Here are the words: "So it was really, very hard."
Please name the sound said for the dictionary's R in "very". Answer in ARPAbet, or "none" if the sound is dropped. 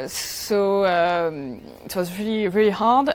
L